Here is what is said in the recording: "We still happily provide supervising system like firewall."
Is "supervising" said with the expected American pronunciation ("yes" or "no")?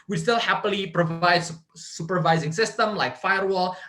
yes